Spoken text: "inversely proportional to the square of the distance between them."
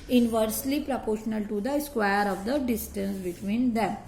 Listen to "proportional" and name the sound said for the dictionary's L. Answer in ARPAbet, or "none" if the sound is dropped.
L